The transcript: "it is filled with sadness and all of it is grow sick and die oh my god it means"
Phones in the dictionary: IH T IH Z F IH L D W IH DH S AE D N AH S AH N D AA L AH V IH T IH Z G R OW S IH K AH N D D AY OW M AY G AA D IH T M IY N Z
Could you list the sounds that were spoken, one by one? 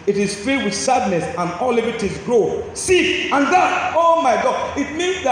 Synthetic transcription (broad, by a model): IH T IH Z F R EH W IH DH S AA D N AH S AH N AA L AH V IH T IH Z G R OW S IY AH N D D OW M AY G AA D IH T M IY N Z